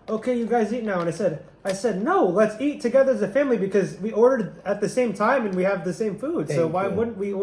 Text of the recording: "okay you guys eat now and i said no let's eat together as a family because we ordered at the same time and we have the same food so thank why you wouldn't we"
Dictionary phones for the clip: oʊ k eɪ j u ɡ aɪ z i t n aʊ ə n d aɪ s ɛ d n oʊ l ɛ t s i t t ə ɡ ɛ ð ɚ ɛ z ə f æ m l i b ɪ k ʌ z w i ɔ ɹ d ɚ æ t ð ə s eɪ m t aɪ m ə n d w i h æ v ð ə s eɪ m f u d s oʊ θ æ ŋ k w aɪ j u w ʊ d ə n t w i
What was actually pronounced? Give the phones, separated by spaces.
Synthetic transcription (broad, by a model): oʊ k eɪ j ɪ ɡ aɪ z i t n aʊ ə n d aɪ s ɛ d n oʊ l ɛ t s i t t ə ɡ ɛ ð ɚ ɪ z ə f æ m l i b ɪ k ʌ z w i ɔ ɹ d ɚ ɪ t ð ə s eɪ m t aɪ m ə n w i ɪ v ð ə s eɪ m f u d s oʊ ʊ w aɪ w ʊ d n t w i